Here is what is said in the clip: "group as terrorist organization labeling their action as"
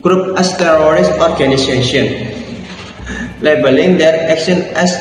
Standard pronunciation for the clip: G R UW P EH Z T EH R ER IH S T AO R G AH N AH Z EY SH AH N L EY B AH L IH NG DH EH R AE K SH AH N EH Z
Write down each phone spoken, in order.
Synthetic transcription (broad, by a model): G R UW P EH S T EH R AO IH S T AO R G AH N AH S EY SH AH N L EY B AH L IH NG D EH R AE K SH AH N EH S